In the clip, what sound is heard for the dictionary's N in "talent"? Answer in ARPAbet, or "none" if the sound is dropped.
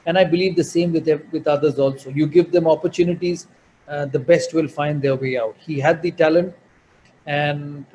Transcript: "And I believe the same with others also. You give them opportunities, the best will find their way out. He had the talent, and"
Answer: N